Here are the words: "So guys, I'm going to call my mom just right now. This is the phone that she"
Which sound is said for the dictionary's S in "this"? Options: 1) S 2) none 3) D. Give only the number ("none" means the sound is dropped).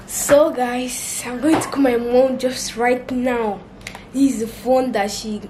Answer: 2